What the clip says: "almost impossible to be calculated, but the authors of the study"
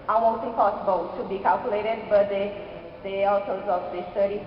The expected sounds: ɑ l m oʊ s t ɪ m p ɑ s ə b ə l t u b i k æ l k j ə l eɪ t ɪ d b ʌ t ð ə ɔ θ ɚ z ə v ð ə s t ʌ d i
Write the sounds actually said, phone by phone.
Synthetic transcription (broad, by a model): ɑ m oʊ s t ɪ p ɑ s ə b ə l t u b i k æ l k j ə l eɪ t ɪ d b ʌ t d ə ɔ t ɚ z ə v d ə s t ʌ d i